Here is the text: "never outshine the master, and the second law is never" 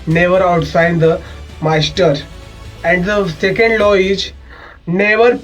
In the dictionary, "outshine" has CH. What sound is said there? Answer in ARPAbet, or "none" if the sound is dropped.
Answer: S